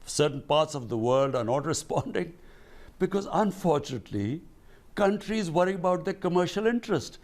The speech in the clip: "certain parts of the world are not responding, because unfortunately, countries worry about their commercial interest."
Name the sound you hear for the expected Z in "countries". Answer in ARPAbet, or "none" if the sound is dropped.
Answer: Z